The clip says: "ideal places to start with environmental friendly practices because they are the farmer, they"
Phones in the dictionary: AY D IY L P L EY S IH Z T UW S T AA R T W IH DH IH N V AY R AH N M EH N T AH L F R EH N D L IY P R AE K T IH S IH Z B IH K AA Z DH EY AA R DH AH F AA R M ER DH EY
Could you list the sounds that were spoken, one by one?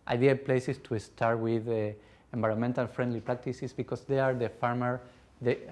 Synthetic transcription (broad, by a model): AY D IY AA P L EY S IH S T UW S T AA R T W IH DH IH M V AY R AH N M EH N T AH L F R EH N D L IY P R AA K T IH S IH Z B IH K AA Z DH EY AA R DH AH F AA R M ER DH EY